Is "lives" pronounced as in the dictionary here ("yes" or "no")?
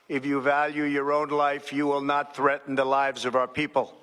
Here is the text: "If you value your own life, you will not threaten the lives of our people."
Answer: yes